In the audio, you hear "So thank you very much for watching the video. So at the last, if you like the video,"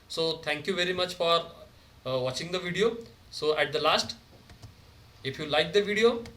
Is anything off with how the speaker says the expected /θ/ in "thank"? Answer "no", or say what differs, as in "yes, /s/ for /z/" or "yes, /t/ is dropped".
yes, /t/ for /θ/